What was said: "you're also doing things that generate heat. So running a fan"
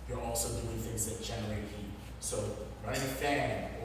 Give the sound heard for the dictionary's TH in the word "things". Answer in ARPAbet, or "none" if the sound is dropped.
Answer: TH